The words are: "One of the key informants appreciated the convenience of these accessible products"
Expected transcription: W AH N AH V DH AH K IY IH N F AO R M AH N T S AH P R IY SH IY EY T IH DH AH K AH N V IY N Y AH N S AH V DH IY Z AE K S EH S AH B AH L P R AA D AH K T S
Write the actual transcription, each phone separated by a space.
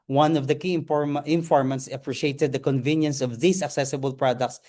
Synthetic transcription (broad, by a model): W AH N AH V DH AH K IY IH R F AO R M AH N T S AH P R IY SH IY EY T IH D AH K AH N V IY N Y AH N S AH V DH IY S AE K S EH S AH B AH L P R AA D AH K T S